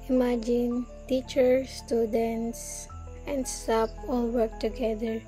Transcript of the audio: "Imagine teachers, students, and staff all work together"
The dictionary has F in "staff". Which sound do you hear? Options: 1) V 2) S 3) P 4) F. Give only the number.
3